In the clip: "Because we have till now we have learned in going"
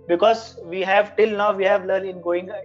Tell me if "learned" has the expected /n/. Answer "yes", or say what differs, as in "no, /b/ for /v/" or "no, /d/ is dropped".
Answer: no, /n/ is dropped